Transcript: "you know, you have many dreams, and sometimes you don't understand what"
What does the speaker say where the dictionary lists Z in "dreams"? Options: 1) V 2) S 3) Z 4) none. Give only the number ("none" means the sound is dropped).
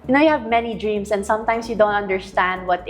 2